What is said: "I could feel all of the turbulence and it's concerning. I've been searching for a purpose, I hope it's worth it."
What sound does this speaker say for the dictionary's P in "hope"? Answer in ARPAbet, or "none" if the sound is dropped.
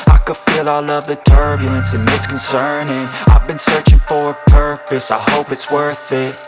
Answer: P